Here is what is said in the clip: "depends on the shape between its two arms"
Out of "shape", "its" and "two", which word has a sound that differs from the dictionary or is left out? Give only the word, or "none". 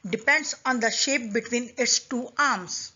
none